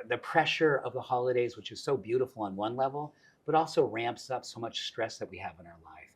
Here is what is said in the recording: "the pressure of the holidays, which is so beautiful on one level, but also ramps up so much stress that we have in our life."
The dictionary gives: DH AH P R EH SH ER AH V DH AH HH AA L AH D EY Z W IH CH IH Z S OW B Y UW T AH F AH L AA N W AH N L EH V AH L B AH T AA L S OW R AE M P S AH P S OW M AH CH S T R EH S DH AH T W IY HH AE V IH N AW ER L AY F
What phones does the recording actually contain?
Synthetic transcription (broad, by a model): DH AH P R EH SH ER AH V DH AH HH AA L AH D EY Z W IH CH IH Z S OW B Y UW T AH F L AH N W AH N L EH V L B AH T AA L S OW R AE M P S AH P S OW M AH CH S T R EH S DH AH T W IY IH V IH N AW ER L AY F